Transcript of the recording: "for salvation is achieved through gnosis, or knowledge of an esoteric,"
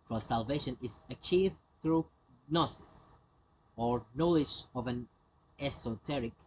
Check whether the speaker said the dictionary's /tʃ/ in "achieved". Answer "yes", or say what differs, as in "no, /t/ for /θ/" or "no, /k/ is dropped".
yes